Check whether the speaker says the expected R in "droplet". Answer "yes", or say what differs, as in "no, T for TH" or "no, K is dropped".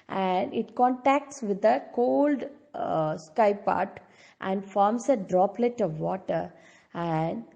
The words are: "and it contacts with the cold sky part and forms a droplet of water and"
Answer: yes